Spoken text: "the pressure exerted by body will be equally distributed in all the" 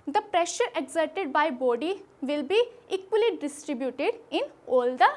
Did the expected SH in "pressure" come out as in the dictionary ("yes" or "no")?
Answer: yes